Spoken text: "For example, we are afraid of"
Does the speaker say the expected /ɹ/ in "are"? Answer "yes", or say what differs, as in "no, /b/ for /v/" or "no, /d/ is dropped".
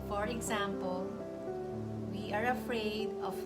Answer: yes